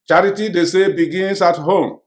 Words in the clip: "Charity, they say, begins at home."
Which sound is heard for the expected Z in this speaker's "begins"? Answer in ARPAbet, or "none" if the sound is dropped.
S